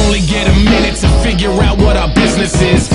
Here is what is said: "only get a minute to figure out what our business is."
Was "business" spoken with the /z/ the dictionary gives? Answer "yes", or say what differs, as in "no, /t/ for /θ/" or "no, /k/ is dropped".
yes